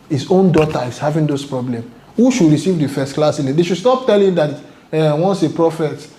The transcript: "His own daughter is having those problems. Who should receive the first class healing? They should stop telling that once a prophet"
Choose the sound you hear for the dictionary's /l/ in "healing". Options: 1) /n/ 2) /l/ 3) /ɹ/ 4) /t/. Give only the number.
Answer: 1